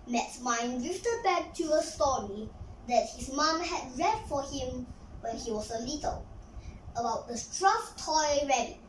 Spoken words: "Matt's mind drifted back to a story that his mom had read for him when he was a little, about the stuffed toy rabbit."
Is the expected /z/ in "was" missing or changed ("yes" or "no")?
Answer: yes